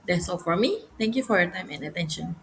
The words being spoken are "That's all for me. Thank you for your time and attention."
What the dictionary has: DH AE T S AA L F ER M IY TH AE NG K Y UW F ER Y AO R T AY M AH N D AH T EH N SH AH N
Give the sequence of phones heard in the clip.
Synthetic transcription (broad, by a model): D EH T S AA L F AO M IY T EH NG K Y UW F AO Y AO T AY M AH N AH T EH N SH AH N